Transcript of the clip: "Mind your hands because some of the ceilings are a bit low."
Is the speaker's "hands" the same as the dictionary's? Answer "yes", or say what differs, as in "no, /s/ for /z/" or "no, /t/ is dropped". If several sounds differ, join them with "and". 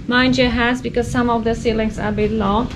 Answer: no, /n/ is dropped